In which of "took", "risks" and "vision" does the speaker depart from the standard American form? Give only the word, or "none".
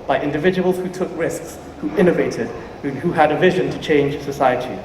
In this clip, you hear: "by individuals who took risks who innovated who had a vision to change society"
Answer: none